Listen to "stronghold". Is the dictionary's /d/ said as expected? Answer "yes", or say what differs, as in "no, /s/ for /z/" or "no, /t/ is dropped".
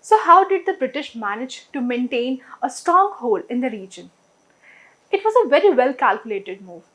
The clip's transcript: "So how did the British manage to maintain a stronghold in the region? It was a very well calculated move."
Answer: no, /d/ is dropped